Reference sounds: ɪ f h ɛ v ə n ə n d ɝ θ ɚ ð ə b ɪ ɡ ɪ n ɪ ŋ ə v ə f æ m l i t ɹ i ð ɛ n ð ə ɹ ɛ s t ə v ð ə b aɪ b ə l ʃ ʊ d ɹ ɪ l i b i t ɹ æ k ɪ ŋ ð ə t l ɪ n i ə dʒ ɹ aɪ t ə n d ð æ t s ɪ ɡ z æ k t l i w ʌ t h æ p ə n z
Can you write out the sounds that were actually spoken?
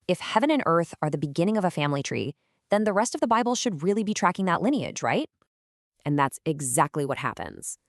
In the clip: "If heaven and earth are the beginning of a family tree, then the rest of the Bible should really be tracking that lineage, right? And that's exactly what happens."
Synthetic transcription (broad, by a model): ɪ f h ɛ v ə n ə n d ɝ θ ɚ ð ə b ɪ ɡ ɪ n ɪ ŋ ə v ə f æ m l i t ɹ i ð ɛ n ð ə ɹ ɛ s t ə v ð ə b aɪ b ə l ʃ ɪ d ɹ ɪ l i b i t ɹ æ k ɪ ŋ ð ə t l ɪ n i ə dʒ ɹ aɪ t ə n ð æ t s ɪ ɡ z æ k t l i w ʌ t h æ p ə n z